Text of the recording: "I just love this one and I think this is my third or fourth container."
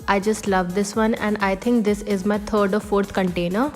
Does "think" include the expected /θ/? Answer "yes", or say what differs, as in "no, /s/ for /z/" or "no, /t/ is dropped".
no, /t/ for /θ/